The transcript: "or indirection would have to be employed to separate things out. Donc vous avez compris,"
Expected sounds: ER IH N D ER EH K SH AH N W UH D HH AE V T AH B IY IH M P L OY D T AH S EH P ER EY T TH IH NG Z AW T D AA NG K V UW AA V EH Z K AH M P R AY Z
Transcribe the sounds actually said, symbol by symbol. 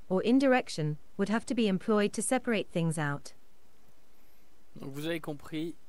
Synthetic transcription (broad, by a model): ER IH N D ER EH K SH AH N W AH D HH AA F T AH B IY IH M P L OY D T AH S EH P ER EY T TH IH NG Z AW T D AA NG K V UW AA V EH K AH P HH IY